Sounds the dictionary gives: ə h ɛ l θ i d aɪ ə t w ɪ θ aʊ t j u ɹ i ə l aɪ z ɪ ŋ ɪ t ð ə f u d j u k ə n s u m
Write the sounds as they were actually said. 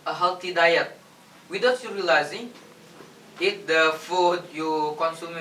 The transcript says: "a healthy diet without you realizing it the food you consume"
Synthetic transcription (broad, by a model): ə h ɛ l t i d aɪ ə t w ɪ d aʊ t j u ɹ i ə l aɪ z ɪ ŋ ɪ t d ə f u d j u k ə n s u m